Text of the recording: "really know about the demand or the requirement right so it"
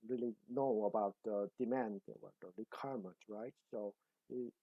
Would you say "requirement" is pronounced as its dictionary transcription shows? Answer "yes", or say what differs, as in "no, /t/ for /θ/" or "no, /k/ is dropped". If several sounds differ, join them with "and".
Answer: no, /l/ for /ɹ/ and /n/ is dropped